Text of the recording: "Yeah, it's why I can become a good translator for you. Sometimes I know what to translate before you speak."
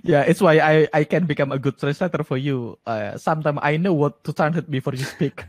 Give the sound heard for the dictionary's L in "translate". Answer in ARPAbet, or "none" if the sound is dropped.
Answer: none